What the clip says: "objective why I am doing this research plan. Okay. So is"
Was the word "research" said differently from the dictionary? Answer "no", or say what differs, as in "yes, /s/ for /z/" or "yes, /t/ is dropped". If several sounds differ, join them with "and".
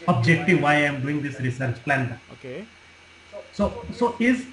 no